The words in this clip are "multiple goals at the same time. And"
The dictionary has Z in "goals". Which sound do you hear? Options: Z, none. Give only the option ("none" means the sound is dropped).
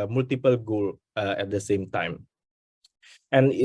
none